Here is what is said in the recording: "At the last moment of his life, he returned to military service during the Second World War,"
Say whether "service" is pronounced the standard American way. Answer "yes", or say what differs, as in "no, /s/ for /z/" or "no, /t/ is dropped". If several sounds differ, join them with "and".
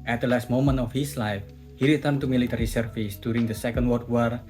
no, /f/ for /v/